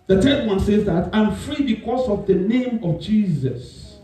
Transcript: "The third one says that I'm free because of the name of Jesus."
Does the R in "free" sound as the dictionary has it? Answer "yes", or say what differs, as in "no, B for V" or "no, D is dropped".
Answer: yes